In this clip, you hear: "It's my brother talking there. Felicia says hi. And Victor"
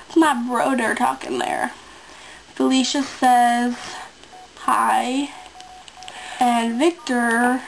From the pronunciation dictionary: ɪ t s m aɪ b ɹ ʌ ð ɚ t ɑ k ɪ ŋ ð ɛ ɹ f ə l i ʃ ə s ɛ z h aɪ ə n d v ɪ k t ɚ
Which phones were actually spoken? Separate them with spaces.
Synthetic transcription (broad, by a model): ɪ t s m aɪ b ɹ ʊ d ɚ t ɑ k ɪ ŋ ð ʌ ɹ f ə l i ʃ ə s ɛ z h aɪ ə n v ɪ k t ɚ